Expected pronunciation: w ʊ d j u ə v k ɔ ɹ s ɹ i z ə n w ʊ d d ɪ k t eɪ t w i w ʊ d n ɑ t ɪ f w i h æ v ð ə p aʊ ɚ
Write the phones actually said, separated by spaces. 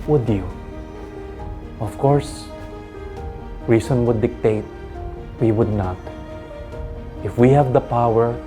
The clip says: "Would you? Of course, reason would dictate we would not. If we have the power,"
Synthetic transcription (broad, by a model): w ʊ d j u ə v k ɔ ɹ s ɹ i s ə n w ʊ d d ɪ k t eɪ t w i w ʊ d n ɑ t ɪ f w i h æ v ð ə p aʊ ɚ